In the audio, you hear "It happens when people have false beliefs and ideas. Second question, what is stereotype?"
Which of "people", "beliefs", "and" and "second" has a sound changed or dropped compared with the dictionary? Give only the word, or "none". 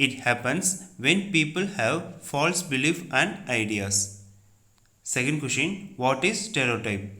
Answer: beliefs